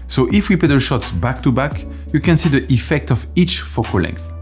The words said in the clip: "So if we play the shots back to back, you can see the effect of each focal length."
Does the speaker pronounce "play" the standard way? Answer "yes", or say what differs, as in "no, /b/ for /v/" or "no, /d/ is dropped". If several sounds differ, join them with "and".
no, /l/ is dropped